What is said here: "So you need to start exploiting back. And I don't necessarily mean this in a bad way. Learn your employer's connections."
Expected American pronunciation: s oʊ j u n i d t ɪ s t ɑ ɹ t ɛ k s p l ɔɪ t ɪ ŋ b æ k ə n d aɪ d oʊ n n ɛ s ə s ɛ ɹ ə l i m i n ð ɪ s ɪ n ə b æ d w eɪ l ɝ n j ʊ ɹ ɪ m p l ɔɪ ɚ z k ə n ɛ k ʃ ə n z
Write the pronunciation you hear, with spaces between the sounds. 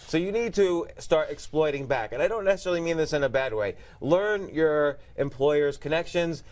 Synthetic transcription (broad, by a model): s oʊ j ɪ n i d t ɪ s t ɑ ɹ t ɛ k s p l ɔɪ t ɪ ŋ b æ k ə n aɪ d oʊ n n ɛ s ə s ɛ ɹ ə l i m i n ð ɪ s ɪ n ə b æ d w eɪ l ɝ n j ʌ ɹ ɪ m p l ɔɪ ɚ z k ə n ɛ k ʃ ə n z